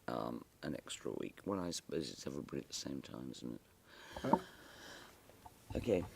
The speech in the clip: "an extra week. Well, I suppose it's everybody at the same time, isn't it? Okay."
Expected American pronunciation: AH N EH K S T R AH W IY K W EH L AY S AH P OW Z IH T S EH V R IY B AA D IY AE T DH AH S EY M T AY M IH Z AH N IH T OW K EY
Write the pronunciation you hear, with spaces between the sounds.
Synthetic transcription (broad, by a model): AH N EH K S T R AH W IY K W EH L AY S AH P OW Z IH T S EH V R IY B AA D IY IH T DH AH S EY M T AY M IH Z N IH T OW K EY